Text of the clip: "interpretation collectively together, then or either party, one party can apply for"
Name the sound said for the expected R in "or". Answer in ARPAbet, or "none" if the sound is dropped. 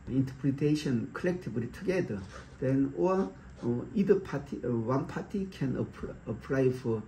L